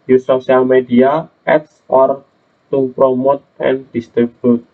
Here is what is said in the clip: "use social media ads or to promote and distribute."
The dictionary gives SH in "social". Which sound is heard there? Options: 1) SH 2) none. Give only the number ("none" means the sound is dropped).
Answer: 2